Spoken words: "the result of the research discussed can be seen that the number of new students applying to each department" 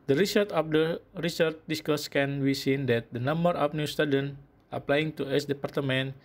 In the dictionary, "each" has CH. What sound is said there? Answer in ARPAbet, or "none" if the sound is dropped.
S